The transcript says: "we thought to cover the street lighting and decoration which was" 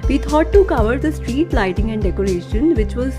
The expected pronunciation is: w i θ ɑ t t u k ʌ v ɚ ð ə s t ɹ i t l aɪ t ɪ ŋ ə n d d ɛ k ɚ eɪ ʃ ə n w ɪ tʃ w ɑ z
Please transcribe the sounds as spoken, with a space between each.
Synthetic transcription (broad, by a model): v i t ɑ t t u k ʌ v ɚ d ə s t ɹ i t l aɪ t ɪ ŋ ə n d d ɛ k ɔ eɪ ʃ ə n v ɪ tʃ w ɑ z